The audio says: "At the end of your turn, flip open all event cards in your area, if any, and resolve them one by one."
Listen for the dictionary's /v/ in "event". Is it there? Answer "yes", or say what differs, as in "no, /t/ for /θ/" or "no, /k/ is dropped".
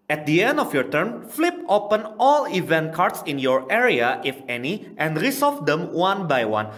yes